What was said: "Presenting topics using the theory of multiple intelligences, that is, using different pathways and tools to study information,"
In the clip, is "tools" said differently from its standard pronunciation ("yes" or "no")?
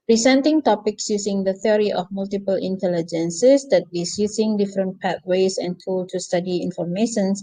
yes